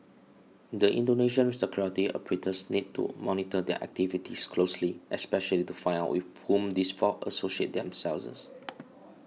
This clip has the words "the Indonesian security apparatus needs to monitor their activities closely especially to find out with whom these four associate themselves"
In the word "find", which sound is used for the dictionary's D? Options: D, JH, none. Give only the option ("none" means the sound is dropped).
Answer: none